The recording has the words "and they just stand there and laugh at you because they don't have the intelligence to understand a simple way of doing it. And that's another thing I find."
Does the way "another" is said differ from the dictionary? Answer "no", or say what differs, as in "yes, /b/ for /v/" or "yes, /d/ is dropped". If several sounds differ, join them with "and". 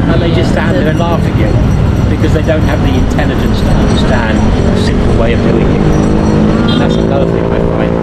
yes, /ð/ is dropped